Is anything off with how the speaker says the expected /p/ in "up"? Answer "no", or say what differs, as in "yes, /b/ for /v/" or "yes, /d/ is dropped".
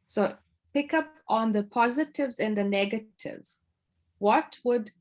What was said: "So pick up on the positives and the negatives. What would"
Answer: no